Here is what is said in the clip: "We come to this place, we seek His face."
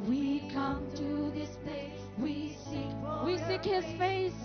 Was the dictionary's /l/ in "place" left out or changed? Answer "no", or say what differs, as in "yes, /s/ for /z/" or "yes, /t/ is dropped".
yes, /w/ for /l/